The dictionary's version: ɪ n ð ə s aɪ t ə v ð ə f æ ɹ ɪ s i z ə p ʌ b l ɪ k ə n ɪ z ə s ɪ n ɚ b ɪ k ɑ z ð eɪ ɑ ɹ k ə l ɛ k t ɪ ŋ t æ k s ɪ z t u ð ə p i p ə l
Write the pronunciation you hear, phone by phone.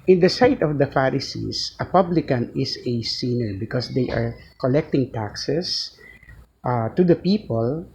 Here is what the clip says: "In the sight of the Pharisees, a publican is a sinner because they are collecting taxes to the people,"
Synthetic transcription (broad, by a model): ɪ n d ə s aɪ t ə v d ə f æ ɹ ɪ s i s ə p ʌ b l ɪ k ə n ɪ s ə s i n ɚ b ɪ k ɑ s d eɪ ɑ ɹ k ə l ɛ k t ɪ ŋ t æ k s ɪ s t u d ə p i p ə l